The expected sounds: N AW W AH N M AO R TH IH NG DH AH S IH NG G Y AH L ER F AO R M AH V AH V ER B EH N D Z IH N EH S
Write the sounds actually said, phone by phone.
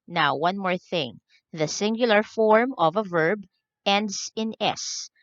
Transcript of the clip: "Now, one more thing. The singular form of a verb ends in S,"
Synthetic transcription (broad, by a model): N AW W AH N M AO R TH IH NG DH AH S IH NG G Y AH L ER F AO R M AH V AH V ER B EH N D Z IH N EH S